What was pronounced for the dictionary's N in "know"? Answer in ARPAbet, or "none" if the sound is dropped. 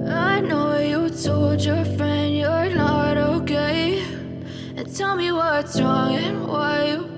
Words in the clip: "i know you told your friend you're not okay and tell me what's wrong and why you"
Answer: N